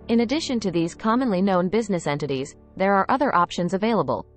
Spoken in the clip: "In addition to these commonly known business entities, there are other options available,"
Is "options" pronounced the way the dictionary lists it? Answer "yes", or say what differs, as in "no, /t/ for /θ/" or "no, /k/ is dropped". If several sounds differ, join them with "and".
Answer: yes